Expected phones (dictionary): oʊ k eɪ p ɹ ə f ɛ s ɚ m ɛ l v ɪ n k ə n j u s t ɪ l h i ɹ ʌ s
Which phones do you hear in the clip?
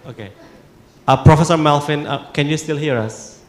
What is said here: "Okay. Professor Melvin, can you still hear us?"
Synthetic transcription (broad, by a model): oʊ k eɪ p ɹ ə f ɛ s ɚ m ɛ l f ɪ n k ə n j u s t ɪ l h i ɹ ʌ s